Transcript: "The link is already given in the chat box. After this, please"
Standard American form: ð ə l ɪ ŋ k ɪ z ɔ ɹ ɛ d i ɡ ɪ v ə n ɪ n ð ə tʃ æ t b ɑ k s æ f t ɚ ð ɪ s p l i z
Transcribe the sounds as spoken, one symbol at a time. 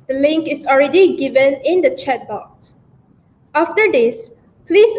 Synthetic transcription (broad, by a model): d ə l ɪ ŋ k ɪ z ɔ ɹ ɛ d i ɡ ɪ v ə n ɪ n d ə tʃ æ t b ɑ k s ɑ f t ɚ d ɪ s p l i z